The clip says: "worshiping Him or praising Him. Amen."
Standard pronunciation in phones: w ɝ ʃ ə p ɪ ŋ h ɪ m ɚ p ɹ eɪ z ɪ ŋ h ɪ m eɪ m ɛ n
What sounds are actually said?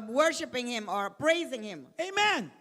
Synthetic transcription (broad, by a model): w ɝ ʃ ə p ɪ ŋ h ɪ m ɚ p ɹ eɪ z ɪ ŋ h ɪ m eɪ m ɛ n